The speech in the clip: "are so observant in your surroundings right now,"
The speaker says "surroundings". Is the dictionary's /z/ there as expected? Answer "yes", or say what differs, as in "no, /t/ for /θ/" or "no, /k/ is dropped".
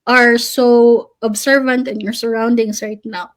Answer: no, /s/ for /z/